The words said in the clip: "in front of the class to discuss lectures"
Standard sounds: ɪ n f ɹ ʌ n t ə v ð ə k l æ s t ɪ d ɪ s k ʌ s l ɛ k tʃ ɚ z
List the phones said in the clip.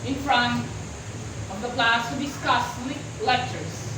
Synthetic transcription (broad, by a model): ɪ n f ɹ ʌ n t ə v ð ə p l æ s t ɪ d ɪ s k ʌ s l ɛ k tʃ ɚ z